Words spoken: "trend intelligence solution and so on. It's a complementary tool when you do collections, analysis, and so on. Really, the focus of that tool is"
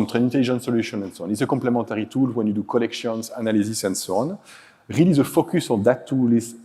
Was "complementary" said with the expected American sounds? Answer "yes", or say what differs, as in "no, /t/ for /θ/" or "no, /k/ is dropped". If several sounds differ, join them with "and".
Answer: no, /n/ is dropped